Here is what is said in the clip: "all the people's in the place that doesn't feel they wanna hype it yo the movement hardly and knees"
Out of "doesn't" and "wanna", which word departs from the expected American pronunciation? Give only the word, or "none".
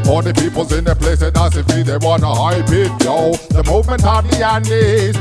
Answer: doesn't